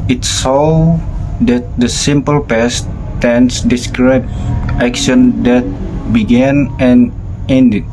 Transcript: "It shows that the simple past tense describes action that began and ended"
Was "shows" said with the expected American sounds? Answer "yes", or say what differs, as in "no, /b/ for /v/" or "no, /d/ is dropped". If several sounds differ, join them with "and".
no, /s/ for /ʃ/